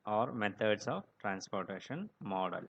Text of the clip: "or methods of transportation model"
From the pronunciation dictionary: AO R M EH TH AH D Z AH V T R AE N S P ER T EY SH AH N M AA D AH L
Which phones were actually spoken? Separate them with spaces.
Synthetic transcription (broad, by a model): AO R M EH T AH D S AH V T R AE N S P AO T EY SH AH N M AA D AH L